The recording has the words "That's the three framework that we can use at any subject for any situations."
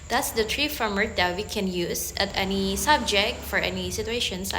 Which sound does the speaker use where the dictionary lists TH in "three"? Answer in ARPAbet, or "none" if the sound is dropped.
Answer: T